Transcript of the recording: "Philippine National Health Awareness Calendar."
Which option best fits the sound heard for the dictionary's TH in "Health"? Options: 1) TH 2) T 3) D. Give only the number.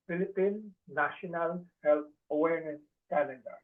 2